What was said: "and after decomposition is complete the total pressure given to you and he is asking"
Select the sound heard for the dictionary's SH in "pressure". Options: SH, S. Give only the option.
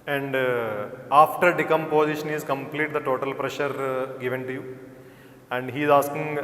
SH